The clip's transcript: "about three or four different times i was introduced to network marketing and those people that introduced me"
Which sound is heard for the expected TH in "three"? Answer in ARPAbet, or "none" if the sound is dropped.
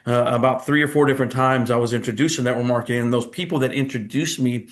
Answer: TH